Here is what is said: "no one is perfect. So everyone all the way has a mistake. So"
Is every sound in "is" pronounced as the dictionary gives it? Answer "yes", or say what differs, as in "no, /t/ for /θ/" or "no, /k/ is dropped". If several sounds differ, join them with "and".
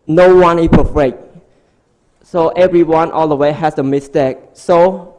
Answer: no, /s/ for /z/